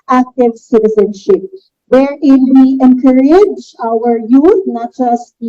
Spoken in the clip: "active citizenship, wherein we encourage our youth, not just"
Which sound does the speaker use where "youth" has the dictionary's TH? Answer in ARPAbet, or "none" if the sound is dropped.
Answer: T